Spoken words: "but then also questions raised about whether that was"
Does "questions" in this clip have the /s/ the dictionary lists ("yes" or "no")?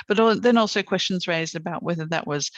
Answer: yes